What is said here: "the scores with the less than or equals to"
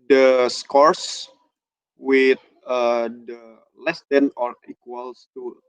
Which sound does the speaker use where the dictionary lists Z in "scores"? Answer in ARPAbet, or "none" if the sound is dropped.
S